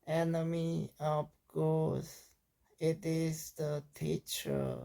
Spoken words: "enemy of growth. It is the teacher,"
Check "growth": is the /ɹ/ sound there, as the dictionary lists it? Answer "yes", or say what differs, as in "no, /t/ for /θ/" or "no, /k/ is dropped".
no, /ɹ/ is dropped